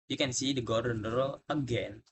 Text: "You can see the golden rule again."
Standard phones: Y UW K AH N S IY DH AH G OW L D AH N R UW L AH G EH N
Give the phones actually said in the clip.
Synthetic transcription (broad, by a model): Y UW K AH N S IY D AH G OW D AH N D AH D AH G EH N